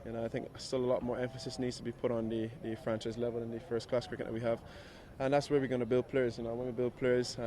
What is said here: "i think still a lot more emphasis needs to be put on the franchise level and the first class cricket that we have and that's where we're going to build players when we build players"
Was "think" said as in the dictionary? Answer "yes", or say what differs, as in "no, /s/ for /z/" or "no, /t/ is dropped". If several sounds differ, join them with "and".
yes